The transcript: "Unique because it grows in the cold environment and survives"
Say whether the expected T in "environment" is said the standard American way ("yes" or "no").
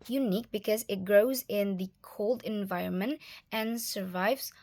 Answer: yes